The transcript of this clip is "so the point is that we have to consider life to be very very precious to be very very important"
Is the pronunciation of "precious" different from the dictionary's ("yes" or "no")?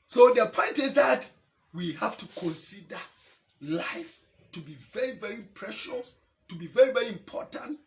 no